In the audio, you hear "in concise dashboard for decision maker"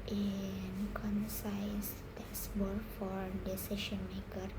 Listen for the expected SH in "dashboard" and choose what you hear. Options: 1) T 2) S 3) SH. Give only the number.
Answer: 2